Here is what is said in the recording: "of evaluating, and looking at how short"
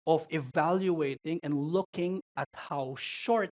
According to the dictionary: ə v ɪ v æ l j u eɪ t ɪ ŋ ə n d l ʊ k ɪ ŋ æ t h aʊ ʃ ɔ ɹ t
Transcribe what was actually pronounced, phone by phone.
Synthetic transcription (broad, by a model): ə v ɪ v æ l j u eɪ t ɪ ŋ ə n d l ʊ k ɪ ŋ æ t h aʊ ʃ ɔ ɹ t